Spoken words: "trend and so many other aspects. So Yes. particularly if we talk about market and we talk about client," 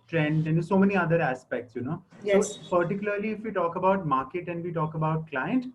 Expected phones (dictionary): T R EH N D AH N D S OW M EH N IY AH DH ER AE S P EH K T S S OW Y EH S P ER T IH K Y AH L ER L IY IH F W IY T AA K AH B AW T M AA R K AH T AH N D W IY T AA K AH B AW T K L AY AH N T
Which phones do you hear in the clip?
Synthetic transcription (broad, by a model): T R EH N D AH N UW S OW M EH N IY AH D ER AE S P EH K T S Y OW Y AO P ER T IH K Y AH L ER L IY IH F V IY T AA K AH B AW T M AA R K AH T AH N D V IY T AA K AH B AW T K L AY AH N T